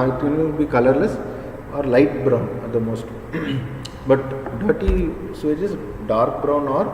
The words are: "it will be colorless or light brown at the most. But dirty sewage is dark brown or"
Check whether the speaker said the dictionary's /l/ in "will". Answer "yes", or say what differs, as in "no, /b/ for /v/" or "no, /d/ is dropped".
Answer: no, /n/ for /l/